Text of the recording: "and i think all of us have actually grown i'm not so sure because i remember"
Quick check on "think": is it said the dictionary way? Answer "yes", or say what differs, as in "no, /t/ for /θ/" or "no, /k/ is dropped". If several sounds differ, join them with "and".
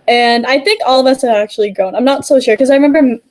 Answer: yes